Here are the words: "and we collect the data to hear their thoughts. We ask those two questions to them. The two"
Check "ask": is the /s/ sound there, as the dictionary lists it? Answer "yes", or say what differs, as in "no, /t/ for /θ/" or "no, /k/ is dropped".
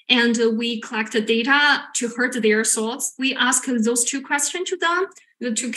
yes